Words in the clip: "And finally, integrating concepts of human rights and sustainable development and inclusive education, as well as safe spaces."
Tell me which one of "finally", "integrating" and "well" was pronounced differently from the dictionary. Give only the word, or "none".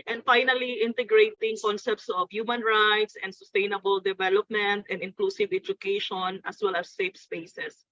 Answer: none